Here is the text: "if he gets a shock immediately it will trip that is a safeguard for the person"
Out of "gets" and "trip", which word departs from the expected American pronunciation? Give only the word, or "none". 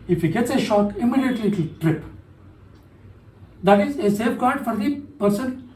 none